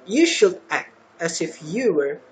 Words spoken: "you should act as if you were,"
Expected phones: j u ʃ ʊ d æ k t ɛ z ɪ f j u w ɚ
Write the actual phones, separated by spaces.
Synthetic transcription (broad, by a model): j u ʃ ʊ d æ k t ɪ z ɪ f j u w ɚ